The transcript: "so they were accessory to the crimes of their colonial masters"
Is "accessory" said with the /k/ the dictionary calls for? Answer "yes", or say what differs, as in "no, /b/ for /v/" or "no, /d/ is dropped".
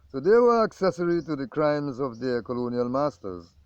yes